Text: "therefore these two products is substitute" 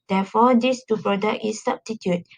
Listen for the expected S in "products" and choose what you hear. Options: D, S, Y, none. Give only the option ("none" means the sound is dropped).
none